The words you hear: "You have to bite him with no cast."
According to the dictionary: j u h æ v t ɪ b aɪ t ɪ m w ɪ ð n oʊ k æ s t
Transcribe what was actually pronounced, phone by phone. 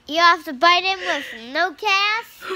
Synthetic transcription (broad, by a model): j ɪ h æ f t ɪ b aɪ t ɪ m w ɪ ð n oʊ k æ s